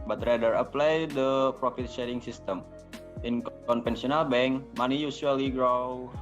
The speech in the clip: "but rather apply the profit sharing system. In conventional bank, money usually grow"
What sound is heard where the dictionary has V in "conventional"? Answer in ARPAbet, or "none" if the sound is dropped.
P